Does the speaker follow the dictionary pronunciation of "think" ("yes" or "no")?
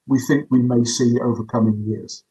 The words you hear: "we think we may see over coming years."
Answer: yes